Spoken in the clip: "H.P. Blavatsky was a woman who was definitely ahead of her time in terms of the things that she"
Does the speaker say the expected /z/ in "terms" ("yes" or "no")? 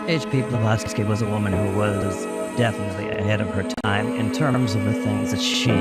yes